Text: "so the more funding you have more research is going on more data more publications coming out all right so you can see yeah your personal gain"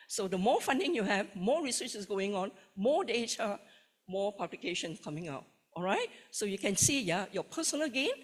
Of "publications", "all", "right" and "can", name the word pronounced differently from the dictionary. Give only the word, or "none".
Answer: publications